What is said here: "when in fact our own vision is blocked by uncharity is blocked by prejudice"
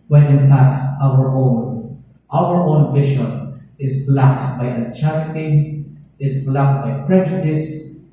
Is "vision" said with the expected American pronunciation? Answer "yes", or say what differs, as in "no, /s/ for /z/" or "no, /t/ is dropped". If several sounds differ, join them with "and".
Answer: no, /ʃ/ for /ʒ/